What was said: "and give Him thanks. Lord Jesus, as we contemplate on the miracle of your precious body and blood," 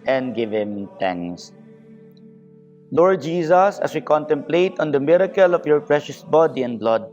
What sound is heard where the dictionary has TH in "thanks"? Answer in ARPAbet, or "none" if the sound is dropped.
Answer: T